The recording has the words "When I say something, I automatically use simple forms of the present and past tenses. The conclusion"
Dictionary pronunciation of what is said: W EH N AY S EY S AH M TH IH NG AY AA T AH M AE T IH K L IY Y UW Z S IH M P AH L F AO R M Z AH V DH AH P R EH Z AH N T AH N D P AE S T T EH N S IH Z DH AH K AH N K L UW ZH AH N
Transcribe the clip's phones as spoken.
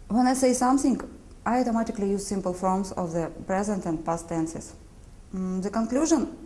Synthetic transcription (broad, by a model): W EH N AY S EY S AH M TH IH NG AY AA T AH M AE T IH K L IY Y UW Z S IH M P AH L F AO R M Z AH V DH AH P R EH Z AH N T AH N D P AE S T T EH N S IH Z DH AH K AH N K L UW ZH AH N